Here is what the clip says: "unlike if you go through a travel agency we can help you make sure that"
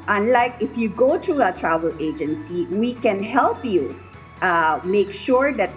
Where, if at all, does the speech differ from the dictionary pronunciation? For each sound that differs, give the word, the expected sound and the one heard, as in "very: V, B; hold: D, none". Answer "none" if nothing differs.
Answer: through: TH, T